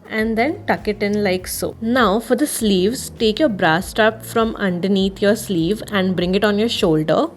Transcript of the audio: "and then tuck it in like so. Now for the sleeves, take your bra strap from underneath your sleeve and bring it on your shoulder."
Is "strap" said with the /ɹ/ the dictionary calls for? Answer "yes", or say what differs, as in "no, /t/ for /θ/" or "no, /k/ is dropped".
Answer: no, /ɹ/ is dropped